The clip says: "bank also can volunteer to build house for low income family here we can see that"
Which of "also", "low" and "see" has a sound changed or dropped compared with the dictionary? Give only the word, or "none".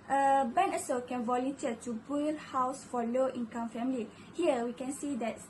also